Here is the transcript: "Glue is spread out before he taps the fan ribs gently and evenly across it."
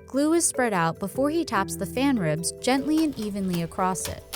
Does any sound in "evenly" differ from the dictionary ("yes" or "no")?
no